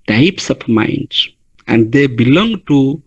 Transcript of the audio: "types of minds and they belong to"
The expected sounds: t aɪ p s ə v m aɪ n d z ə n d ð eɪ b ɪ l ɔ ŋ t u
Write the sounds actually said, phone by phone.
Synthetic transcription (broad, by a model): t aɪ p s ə p m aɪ n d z ə n d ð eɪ b ɪ l ɔ ŋ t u